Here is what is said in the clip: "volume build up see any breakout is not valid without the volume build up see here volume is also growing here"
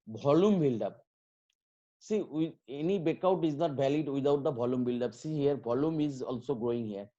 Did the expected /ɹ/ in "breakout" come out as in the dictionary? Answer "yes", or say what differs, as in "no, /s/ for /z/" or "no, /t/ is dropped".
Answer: no, /ɹ/ is dropped